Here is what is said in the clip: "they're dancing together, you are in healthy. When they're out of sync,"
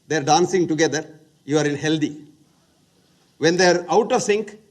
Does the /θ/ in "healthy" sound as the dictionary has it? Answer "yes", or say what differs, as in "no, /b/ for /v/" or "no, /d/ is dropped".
no, /t/ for /θ/